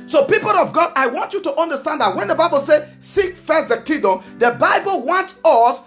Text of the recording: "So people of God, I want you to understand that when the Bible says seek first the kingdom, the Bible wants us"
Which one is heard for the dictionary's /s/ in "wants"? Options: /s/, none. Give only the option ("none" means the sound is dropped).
none